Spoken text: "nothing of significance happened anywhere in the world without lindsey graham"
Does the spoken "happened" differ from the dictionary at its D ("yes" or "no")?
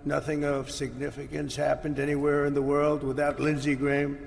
no